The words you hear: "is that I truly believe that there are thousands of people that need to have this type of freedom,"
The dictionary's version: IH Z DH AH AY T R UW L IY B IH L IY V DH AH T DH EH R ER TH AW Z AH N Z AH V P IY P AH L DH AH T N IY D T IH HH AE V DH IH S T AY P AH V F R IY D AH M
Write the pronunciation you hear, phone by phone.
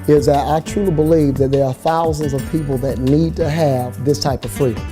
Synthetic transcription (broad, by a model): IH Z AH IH T R UW L IY B IH L IY V DH AH T DH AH R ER TH AW Z AH N Z AH V P IY P L DH AH T N IY D T IH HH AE V DH IH S T AY P AH V F R IY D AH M